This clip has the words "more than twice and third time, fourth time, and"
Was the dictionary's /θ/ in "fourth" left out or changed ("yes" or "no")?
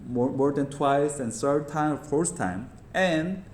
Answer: yes